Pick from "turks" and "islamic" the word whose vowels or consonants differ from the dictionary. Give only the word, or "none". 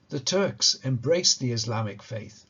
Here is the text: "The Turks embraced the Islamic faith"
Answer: none